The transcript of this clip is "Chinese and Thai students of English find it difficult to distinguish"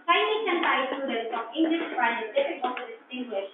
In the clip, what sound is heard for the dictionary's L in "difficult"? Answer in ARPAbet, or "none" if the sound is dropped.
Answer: none